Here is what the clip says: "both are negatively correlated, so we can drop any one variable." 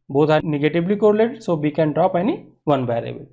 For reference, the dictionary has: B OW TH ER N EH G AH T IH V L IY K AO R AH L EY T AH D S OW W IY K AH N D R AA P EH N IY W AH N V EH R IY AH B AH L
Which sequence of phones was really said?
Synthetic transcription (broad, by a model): B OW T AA N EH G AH T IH B L IY K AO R L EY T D S OW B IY K AH N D R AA P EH N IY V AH N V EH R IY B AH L